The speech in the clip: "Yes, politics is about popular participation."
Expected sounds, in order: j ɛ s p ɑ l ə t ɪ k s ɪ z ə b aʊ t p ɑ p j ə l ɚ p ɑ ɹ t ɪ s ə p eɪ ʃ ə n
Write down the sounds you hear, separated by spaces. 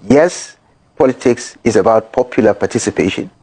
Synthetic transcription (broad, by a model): j ɛ s p ɑ l ə t ɪ k s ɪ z ə b aʊ t p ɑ p j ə l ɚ p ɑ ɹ t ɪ s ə p eɪ ʃ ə n